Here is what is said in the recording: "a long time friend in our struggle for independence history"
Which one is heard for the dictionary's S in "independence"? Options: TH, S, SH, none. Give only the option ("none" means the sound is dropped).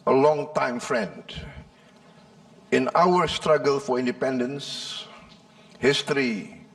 S